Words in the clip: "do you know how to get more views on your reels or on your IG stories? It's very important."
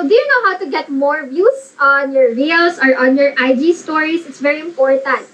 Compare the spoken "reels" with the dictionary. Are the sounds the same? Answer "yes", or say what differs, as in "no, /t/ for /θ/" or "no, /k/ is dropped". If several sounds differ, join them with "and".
no, /s/ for /z/